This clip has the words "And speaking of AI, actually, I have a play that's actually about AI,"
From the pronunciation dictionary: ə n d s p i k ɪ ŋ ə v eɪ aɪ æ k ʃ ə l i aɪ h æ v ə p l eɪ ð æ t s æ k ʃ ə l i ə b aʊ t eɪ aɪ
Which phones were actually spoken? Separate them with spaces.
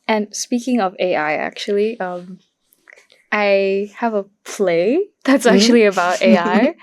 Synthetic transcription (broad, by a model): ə n s p i k ɪ ŋ ə v eɪ aɪ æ k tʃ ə l i aɪ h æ v ə p l eɪ ð æ t s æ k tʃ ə l i ə b aʊ t eɪ aɪ